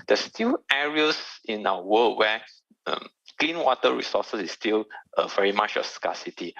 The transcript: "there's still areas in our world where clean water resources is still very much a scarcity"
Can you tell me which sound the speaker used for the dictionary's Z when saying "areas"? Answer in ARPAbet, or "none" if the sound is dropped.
S